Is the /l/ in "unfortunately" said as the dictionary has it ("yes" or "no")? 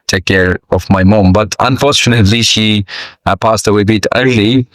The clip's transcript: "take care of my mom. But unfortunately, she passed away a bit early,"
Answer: yes